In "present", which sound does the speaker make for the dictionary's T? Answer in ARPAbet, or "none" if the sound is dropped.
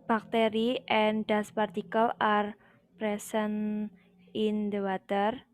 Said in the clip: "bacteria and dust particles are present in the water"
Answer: none